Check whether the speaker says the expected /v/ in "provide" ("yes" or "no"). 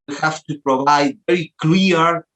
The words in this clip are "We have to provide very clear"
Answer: yes